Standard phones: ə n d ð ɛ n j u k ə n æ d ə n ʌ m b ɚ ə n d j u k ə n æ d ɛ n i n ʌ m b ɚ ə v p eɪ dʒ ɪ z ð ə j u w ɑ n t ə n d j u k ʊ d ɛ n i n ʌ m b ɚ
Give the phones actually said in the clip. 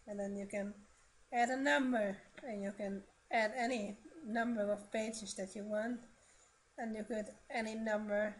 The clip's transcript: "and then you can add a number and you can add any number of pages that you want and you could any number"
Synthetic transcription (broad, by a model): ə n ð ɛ n j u k ə n æ d ə n ʌ m b ɚ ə n j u k ə n æ d ɛ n i n ʌ m b ɚ ə v p eɪ dʒ ɪ z ð ə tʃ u w ɑ n t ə n j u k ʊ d ɛ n i n ʌ m b ɚ